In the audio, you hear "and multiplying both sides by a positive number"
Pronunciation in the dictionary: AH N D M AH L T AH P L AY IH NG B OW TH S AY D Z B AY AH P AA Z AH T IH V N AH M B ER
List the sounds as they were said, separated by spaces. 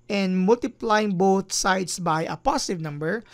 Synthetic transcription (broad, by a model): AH N D M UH L T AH P L AY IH NG B OW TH S AY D S B AY AH P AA S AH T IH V N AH M B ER